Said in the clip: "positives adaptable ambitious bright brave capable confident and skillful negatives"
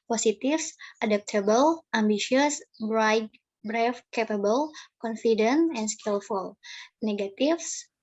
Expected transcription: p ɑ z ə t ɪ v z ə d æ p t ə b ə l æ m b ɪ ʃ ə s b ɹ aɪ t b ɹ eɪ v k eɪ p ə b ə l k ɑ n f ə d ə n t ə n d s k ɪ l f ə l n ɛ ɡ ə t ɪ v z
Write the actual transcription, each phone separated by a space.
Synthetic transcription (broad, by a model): p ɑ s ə t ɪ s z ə d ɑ p t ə b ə l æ m b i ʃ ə s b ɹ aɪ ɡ b ɹ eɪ f k eɪ p ə b ə l k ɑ n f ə d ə n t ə n s k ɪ l f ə l n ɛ ɡ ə t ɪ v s